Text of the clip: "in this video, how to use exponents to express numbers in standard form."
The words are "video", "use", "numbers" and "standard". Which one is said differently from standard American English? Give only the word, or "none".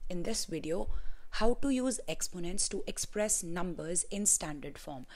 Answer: none